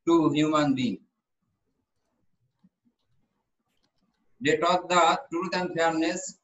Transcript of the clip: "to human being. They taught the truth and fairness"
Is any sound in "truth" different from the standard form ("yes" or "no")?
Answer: yes